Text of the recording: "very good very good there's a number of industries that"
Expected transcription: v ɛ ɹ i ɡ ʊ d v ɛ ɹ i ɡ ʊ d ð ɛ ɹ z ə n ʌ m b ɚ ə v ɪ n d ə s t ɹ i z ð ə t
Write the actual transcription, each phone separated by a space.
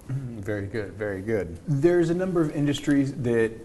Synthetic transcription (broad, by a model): v ɛ ɹ i ɡ ʊ d v ɛ ɹ i ɡ ʊ d ð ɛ ɹ z ə n ʌ m b ɚ ə v ɪ n d ə s t ɹ i z ð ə t